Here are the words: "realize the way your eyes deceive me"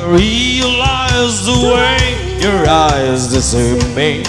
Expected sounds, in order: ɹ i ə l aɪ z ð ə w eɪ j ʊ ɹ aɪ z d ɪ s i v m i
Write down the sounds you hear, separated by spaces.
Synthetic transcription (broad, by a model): ɹ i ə l aɪ z ð ə w eɪ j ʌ ɹ aɪ z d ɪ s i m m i